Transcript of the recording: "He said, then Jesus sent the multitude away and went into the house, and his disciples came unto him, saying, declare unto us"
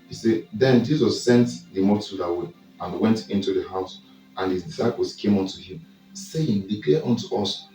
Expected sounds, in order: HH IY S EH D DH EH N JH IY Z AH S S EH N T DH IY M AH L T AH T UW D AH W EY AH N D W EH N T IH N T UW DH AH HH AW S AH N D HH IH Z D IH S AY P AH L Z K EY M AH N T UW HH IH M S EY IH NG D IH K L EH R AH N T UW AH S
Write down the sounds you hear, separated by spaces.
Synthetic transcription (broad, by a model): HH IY S EH D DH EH N JH IY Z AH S S EH N T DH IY M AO T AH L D AH W EY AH N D W EH N T IH N T UW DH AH HH AW S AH N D HH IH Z D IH S AY P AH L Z K EY M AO N T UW HH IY M S EY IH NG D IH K L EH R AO N T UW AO S